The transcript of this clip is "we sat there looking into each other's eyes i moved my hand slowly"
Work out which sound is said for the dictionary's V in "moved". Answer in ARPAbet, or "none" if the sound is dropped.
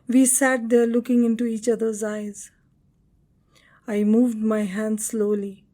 V